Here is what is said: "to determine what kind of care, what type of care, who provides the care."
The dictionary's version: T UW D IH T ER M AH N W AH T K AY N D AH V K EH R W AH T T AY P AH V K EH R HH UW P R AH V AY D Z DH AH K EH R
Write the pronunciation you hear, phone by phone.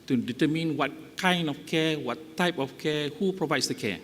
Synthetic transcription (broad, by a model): T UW D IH T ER M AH N W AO T K AY N D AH F K EH W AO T T AY P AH F K EH HH UW P R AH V AY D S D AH K EH